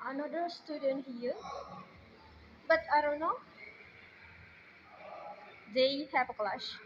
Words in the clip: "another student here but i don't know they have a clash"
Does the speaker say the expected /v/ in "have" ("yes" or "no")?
no